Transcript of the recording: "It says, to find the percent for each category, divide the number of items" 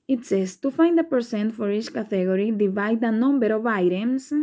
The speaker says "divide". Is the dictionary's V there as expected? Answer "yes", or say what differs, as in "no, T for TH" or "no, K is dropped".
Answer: yes